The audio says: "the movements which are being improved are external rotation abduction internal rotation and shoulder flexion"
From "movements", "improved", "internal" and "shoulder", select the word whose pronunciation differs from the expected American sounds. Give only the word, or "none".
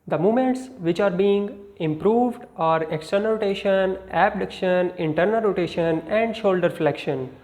movements